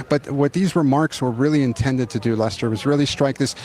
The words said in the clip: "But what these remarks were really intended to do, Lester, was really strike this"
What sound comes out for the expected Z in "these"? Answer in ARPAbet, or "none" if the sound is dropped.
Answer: Z